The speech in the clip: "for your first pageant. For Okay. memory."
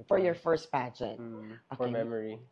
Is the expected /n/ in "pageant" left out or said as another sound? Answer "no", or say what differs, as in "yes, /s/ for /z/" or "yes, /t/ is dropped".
yes, /n/ is dropped